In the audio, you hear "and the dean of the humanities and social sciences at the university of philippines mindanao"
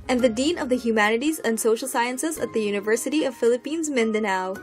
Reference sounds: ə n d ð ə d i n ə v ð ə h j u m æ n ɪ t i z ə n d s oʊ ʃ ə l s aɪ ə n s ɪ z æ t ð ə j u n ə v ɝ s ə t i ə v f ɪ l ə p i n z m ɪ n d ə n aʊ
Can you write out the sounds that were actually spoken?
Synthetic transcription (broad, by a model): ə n ð ə d i n ə v ð ə h j u m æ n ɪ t i z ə n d s oʊ ʃ l s aɪ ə n s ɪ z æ t ð ə j u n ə v ɝ s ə t i ə v f ɪ l ə p i n z m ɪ n d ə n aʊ